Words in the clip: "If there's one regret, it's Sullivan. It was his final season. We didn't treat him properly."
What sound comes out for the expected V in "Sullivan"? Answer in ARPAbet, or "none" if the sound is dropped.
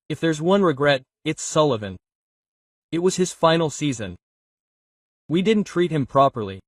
V